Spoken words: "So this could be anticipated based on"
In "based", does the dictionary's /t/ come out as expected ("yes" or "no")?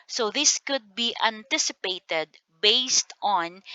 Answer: yes